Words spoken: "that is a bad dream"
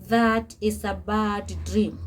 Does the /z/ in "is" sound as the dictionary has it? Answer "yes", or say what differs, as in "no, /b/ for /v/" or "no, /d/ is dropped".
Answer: no, /s/ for /z/